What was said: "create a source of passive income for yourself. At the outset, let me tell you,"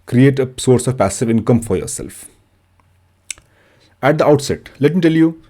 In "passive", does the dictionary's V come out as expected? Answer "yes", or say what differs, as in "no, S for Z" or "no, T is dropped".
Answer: yes